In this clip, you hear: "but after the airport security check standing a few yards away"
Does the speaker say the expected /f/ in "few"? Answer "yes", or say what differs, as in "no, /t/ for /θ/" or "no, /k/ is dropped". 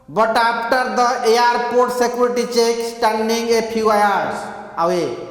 no, /p/ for /f/